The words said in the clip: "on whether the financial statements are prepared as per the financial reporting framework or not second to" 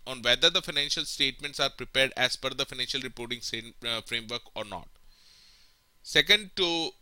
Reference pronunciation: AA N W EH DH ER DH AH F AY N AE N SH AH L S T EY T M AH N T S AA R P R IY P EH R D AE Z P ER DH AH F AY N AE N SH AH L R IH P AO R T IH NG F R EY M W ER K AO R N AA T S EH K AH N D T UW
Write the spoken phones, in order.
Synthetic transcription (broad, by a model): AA N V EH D ER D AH F AY N AE N SH AH L S T EY T M AH N T S AA R P R IY P EH R D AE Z F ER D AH F AY N AE N SH AH L R IH P AO R T IH NG F R EY M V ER K AO R N AA T S EH K AH N D T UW